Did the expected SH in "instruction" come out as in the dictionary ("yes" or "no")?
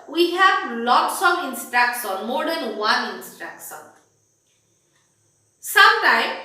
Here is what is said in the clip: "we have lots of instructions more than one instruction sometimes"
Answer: no